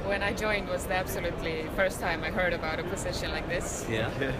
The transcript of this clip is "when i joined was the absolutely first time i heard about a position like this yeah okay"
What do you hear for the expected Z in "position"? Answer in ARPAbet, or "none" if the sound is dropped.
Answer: S